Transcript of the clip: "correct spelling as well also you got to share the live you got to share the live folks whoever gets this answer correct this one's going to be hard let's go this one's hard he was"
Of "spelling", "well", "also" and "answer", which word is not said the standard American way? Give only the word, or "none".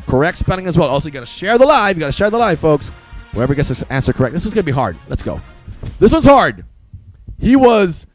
spelling